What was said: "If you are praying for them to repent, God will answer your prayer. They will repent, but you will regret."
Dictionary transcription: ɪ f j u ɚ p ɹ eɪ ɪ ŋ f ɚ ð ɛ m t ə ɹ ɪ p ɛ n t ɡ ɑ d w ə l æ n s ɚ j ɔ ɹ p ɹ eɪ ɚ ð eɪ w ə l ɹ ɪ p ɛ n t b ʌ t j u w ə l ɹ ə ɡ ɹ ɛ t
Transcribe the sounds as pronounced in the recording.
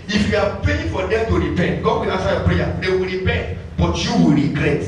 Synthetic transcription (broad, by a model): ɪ f j u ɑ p eɪ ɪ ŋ f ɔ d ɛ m t ə ɹ ɪ p ɛ n t ɡ ɑ d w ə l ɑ n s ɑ j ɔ p ɹ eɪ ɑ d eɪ w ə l ɹ ɪ p ɛ n t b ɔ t j u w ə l ɹ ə ɡ ɹ ɛ t